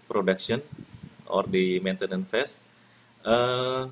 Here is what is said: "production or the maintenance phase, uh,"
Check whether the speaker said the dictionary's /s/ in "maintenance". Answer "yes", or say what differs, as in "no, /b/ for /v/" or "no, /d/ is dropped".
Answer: no, /s/ is dropped